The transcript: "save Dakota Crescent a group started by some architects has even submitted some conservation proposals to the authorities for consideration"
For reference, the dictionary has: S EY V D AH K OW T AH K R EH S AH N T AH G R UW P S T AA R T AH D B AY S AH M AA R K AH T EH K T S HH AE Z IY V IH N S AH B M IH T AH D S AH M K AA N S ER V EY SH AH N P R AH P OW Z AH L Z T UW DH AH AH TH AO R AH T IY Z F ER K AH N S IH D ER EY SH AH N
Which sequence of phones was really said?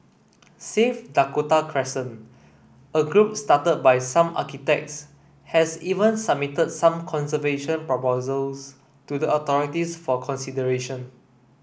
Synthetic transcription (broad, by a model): S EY F D AH K OW T AH K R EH S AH N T AH G R UW P S T AA T AH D B AY S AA M AA K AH T EH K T S HH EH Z IY V IH N S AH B M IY T AH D S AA M K AA N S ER V EY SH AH N P R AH P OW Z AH L S T UW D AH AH T AO R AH T IY S F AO K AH N S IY D ER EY SH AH N